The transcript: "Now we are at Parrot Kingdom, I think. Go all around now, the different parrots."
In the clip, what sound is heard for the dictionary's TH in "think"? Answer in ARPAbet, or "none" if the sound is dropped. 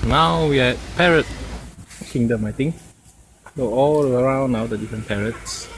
T